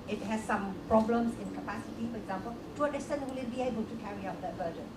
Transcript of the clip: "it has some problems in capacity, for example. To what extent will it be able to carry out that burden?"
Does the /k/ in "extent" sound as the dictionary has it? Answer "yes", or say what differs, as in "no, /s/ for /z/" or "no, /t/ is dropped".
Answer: no, /k/ is dropped